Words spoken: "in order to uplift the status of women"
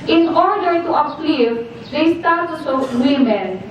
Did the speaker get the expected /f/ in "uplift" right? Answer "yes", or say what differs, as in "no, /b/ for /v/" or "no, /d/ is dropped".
no, /f/ is dropped